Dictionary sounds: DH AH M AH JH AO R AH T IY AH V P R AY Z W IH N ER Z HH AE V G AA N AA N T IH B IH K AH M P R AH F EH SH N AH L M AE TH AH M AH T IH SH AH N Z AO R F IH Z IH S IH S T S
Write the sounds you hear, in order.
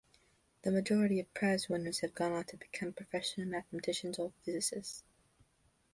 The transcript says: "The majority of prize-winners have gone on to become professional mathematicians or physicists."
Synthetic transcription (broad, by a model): DH AH M AH JH AO R AH T IY AH V P R AY Z W IH N ER Z HH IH V G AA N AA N T IH B IH K AH M P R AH F EH SH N L M AE TH AH M AH T IH SH AH N Z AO L F IH Z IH S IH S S